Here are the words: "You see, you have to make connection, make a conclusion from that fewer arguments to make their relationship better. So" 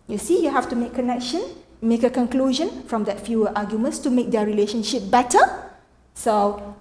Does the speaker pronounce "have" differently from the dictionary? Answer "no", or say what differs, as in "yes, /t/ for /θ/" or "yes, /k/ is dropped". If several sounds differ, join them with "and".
yes, /f/ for /v/